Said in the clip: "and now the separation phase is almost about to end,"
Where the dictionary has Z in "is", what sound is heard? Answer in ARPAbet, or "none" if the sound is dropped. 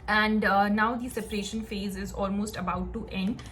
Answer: Z